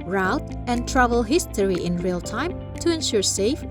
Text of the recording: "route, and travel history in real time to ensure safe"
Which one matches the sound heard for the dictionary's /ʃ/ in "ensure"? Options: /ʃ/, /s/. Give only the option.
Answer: /ʃ/